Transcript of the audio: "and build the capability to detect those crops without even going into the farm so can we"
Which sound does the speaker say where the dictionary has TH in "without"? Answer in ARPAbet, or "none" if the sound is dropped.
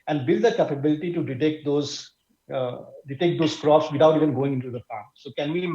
T